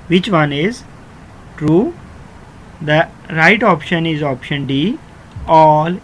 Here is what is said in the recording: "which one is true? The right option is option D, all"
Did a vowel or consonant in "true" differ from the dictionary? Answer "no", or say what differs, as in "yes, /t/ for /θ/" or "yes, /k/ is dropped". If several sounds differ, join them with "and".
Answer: no